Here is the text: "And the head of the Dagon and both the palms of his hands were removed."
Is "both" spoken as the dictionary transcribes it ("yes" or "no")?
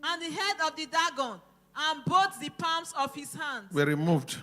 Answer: no